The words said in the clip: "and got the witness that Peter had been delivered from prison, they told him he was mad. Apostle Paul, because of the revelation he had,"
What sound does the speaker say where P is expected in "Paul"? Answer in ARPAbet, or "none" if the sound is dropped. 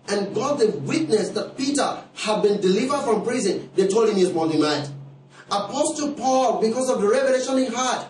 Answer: P